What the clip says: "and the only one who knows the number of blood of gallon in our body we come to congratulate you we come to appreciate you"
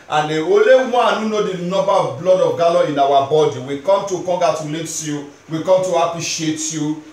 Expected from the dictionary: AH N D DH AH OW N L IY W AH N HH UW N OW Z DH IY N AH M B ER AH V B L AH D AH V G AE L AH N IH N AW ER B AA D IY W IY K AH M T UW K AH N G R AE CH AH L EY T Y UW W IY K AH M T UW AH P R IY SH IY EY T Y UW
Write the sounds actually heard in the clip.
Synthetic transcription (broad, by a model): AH N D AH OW L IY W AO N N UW N OW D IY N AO B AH B L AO D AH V G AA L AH IH N AW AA B AA D IY W IY K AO M T UW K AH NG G AA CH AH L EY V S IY W IY K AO M T UW AH P R IY SH IY EY T Y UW